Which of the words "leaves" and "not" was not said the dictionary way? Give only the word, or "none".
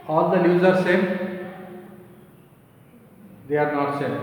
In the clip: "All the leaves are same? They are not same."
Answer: leaves